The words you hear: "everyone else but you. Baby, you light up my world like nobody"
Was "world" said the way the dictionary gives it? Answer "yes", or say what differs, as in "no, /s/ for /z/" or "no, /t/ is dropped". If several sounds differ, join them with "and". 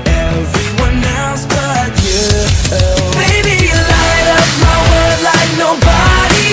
no, /l/ is dropped